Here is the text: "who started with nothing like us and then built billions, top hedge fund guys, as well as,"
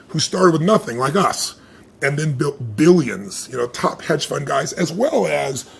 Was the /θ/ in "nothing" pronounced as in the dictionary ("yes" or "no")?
yes